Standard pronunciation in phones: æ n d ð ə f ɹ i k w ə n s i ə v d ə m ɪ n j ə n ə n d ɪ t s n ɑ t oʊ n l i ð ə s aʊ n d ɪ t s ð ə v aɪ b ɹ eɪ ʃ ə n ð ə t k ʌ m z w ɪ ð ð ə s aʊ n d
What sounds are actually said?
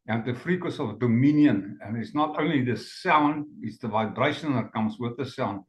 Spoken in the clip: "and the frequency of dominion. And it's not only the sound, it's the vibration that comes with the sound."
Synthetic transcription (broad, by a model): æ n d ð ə f ɹ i k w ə s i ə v d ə m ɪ n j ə n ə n ɪ t s n ɑ t oʊ n l i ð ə s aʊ n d ɪ t s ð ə v aɪ b ɹ eɪ ʃ ə n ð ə t k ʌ m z w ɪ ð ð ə s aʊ n